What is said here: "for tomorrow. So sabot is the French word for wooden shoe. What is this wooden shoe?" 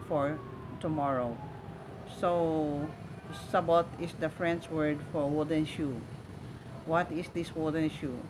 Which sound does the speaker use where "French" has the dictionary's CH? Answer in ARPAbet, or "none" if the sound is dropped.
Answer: S